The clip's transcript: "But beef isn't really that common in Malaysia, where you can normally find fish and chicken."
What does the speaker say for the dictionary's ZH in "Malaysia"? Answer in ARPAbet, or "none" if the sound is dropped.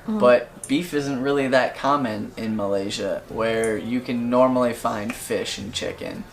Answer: ZH